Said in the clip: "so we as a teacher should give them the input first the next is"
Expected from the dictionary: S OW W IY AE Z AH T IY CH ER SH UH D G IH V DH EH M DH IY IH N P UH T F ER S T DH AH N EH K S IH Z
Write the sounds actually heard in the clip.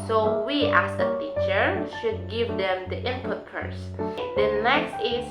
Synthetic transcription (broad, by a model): S OW W IY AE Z AH T IY CH ER SH UH D G IH V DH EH M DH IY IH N P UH T P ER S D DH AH N EH K S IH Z